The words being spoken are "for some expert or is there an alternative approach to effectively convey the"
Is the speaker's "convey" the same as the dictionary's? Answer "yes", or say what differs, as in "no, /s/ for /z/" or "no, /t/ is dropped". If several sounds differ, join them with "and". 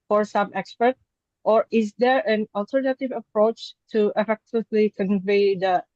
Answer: yes